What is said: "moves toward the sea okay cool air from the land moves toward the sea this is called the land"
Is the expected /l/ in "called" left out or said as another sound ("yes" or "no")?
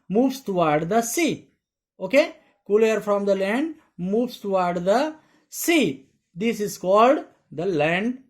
no